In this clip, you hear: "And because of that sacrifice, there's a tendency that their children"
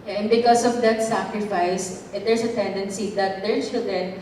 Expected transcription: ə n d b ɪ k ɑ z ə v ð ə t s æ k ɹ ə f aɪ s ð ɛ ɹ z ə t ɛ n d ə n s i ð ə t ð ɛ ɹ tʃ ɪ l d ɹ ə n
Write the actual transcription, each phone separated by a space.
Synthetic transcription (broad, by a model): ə n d b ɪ k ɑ s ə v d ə t s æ k ɹ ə f aɪ s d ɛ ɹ s ə t ɛ n d ə n s i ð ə t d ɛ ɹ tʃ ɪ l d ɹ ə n